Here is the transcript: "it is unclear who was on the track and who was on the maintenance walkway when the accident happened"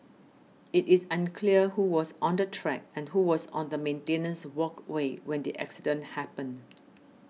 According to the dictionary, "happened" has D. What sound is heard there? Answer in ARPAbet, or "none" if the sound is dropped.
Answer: none